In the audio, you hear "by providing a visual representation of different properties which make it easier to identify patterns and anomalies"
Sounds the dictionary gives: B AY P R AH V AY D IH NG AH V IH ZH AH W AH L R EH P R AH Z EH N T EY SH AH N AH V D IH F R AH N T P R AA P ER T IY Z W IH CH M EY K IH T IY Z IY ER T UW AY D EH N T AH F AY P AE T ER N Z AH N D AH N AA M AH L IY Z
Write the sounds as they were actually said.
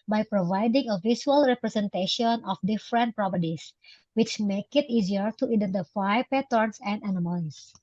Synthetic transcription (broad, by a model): B AY P R AH V AY D IH NG AH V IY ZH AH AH L R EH P R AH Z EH N T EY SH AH N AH F D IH F R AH N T P R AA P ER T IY S W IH CH M EY K IH T IY Z IY ER T UW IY D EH N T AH F AY P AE T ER N S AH N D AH N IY M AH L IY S